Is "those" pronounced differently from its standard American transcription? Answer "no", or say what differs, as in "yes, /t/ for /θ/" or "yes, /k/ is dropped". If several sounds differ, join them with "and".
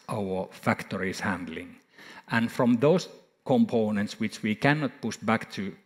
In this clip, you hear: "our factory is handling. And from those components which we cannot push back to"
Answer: yes, /s/ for /z/